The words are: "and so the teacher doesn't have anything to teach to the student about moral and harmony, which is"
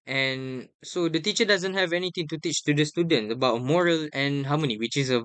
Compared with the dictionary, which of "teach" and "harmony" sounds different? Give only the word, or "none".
harmony